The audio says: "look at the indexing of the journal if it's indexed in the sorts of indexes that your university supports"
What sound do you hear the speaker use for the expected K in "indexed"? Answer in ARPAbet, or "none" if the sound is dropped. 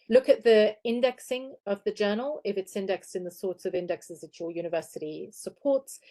K